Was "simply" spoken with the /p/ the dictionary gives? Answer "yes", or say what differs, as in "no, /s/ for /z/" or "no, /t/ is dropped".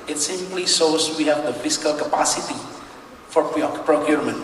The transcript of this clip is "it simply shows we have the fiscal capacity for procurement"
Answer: no, /p/ is dropped